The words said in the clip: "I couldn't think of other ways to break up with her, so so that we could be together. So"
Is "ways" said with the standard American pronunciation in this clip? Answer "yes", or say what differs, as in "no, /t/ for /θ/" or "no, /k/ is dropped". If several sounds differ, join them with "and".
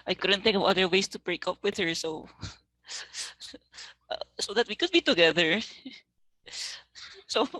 no, /s/ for /z/